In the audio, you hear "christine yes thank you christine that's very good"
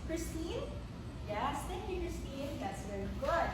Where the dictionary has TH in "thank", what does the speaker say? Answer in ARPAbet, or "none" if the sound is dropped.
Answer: T